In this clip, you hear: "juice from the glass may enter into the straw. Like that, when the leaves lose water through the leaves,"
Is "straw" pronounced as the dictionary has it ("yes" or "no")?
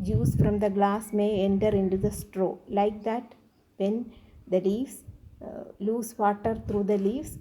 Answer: yes